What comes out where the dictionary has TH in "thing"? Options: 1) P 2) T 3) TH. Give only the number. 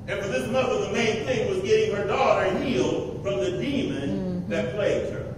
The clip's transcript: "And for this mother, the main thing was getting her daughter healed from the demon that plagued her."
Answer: 3